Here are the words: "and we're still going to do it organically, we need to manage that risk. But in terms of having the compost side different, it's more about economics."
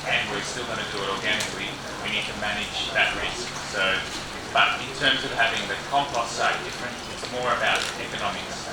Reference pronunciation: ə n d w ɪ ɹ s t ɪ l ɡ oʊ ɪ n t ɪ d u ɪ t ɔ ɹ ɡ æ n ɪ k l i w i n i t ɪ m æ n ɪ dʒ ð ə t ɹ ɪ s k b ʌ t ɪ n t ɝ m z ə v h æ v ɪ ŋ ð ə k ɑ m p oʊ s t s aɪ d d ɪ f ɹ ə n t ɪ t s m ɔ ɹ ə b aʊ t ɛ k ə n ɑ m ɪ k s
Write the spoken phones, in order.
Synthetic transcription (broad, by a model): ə n w ɪ ɹ s t ɪ l ɡ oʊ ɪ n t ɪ d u ɪ t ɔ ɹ ɡ æ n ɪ k l i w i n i t ɪ m æ n ɪ dʒ ð ə t ɹ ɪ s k b ʌ t ɪ n t ɝ m z ə v h æ v ɪ ŋ ð ə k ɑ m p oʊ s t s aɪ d d ɪ f ɹ ə n t ɪ t s m ɔ ɹ ə b aʊ t ɛ k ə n ɑ m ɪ k s